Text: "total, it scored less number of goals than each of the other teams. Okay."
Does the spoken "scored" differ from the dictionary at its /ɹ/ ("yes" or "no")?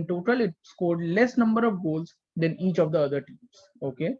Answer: no